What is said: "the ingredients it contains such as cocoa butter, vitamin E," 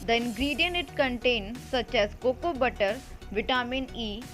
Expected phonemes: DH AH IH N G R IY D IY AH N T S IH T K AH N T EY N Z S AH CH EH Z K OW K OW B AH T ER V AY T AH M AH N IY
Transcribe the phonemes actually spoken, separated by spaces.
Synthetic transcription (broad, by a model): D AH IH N G R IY D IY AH N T IH T K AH N T EY N S AH CH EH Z K OW K OW B AH T ER V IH T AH M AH N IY